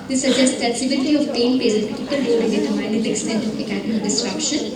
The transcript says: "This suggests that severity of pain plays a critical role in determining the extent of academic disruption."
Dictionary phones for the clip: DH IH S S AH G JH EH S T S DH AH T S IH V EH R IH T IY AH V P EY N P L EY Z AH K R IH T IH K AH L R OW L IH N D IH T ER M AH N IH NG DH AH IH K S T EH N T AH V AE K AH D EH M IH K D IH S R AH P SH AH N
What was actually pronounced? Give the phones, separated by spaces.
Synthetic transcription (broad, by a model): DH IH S S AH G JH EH S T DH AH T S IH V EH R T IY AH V P EY N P EY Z AH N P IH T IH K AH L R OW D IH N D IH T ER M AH IH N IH K S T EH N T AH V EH K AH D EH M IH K D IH S R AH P SH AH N